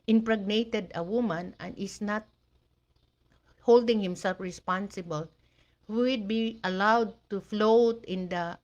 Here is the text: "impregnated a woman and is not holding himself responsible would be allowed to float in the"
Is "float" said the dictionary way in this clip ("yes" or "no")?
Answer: yes